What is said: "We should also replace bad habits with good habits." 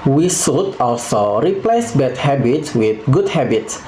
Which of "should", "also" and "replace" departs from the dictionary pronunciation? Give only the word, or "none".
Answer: should